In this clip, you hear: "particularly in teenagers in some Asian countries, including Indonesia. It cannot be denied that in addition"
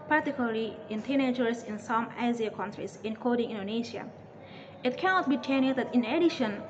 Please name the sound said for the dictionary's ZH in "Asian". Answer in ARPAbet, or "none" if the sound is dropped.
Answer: Z